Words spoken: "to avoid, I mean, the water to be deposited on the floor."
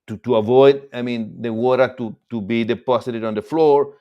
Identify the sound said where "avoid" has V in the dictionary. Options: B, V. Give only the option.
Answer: V